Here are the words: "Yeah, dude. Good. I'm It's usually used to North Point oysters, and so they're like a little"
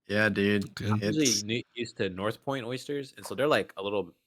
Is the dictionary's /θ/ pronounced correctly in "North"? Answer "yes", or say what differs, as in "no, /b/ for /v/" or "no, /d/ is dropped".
yes